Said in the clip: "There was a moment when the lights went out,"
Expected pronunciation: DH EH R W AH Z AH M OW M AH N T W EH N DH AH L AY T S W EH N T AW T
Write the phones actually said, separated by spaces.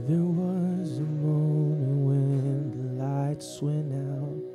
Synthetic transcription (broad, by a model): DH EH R W AH Z AH M OW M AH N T W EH N DH AH L AY T S W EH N AW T